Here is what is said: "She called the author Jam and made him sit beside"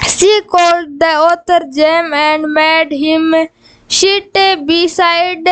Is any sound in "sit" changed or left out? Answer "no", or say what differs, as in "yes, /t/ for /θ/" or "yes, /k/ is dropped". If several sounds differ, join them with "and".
yes, /ʃ/ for /s/